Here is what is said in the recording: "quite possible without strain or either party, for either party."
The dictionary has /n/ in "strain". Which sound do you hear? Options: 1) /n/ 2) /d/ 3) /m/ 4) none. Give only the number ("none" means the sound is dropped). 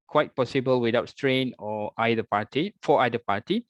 1